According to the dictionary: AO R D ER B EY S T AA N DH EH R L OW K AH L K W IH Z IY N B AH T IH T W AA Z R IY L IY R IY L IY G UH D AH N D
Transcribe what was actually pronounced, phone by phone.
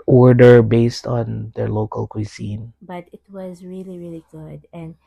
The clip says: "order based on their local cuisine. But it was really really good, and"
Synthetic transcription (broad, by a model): AO R D ER B EY S T AA N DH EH R L OW K AH L K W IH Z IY N B AH T IH T W AA Z R IY L IY R IY L IY G UH D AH N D